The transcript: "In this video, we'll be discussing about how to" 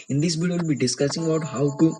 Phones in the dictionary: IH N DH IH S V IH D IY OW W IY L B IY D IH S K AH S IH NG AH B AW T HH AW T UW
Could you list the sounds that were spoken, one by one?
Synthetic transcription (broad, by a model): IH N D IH S B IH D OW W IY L B IY D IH S K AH S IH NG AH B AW T HH AW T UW